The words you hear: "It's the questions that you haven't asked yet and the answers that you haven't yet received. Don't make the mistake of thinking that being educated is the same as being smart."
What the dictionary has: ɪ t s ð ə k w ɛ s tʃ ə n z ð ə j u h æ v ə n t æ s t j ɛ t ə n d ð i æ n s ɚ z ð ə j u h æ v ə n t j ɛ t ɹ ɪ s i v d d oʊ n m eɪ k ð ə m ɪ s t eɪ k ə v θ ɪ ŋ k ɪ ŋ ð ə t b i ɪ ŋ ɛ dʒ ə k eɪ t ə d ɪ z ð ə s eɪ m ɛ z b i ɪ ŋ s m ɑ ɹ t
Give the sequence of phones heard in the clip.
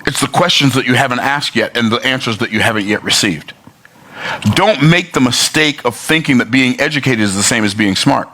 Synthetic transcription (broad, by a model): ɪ t s ð ə k w ɛ s tʃ ə n z ð ə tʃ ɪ h æ v ə n t æ s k j ɛ t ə n ð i æ n s ɚ z ð ə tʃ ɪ h æ v ə n t j ɛ t ɹ ɪ s i v d d oʊ n m eɪ k ð ə m ɪ s t eɪ k ə v θ ɪ ŋ k ɪ ŋ ð ə t b i ɪ ŋ ɛ dʒ ə k eɪ t ə d ɪ z ð ə s eɪ m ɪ z b i ɪ ŋ s m ɑ ɹ t